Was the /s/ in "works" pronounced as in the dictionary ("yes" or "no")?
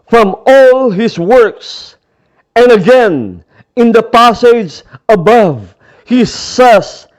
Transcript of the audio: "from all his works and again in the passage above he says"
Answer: yes